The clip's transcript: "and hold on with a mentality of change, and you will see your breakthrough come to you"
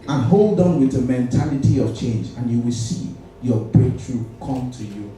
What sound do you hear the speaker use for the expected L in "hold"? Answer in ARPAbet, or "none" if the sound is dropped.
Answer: L